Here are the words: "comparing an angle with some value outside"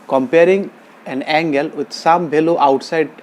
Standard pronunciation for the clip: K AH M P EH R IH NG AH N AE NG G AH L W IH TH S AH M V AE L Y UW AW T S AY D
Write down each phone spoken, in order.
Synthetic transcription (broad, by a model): K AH M P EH R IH NG AH N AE NG G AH L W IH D S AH M B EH L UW AW T S AY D